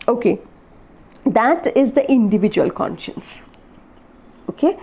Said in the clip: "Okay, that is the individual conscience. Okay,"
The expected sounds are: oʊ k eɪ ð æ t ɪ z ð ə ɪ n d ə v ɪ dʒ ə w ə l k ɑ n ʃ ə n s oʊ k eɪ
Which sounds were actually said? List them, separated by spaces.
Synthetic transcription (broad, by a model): oʊ k eɪ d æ t ɪ z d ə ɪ n d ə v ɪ dʒ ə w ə l k ɑ n ʃ ə n s oʊ k eɪ